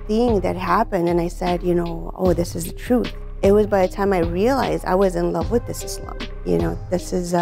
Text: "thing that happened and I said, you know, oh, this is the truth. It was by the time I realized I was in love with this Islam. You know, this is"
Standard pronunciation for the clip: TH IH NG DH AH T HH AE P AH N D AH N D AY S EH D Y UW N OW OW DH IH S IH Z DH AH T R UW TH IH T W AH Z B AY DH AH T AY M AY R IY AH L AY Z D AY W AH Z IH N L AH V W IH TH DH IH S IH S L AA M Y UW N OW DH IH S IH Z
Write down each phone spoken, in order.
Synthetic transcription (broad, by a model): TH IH NG DH AH T HH AE P AH N D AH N AY S EH D Y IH N OW OW DH IH S IH Z DH AH T R UW TH IH T W AH Z B AY DH AH T AY M AY R IY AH L AY Z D AY W AH Z IH N L AH V W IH DH IH S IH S L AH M Y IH N OW DH IH S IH Z